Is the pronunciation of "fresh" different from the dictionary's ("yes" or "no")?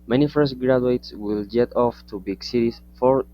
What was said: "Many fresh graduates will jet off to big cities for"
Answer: yes